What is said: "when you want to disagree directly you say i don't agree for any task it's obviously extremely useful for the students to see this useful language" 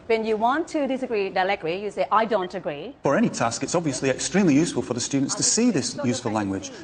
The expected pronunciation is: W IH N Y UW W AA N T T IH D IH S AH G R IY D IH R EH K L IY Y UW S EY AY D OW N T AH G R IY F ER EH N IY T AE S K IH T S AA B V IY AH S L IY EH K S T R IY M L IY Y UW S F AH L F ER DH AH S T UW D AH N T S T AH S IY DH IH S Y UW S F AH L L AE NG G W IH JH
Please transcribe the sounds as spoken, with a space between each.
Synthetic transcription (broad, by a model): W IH N Y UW W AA N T T IH D IH S AH G R IY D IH L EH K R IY Y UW S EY AY D OW N T AH G R IY F ER EH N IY T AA S K IH T S AA B V IY AH S L IY EH K S T R IY M L IY Y UW S F AH L F ER DH AH S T UW D N T S T AH S IY DH IH S Y UW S F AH L L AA NG G W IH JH